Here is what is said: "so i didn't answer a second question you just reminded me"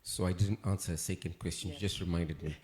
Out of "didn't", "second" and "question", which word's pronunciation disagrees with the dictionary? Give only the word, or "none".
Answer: none